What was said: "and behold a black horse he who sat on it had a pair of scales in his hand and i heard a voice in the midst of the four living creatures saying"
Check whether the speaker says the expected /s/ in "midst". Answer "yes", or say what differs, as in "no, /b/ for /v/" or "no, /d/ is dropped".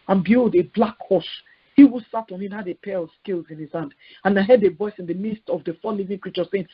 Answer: yes